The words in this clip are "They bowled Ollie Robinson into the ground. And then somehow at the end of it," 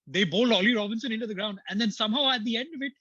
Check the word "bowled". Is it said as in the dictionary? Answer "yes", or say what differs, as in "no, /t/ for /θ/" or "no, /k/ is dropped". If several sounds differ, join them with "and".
no, /d/ is dropped